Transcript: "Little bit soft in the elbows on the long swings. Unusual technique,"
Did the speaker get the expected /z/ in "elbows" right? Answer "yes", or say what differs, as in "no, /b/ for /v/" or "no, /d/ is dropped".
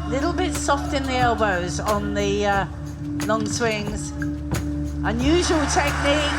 yes